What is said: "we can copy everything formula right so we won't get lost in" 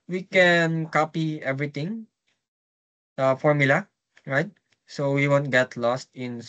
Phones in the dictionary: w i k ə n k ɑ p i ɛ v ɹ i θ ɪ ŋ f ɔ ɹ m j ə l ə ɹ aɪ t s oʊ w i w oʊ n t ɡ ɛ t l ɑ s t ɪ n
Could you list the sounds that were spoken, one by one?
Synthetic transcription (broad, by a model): w i k ə n k ɑ p i ɛ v ɹ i t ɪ ŋ f ɔ ɹ m j ə l ə ɹ aɪ t s oʊ w i w oʊ n t ɡ ɛ t l ɑ s t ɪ n